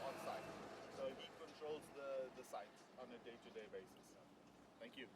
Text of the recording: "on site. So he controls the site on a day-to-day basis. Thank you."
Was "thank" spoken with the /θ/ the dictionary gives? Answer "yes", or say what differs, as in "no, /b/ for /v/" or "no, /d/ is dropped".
no, /t/ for /θ/